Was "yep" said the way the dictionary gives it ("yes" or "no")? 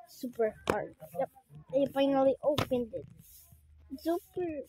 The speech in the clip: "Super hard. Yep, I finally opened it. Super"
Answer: no